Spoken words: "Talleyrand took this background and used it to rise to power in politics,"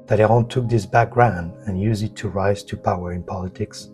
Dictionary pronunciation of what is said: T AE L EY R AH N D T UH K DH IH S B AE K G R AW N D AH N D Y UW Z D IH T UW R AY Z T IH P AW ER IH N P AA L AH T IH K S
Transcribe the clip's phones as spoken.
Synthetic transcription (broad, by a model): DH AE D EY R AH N T UH K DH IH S B AE K G R AW N D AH N Y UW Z IH T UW R AY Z T IH P AW ER IH N P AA L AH T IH K S